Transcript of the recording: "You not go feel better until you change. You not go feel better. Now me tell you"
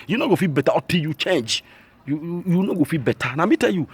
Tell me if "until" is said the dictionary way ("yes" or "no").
no